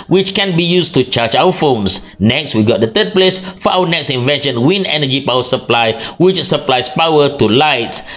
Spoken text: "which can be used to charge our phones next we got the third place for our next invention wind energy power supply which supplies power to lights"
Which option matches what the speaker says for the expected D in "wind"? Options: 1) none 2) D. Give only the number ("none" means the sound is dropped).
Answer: 1